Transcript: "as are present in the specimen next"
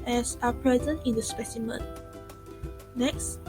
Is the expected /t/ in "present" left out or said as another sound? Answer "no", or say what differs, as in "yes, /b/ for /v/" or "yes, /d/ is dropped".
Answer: no